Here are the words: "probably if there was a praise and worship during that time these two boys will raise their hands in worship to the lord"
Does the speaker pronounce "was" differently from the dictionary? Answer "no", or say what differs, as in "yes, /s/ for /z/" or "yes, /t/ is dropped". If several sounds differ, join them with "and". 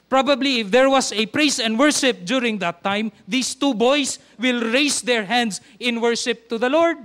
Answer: yes, /s/ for /z/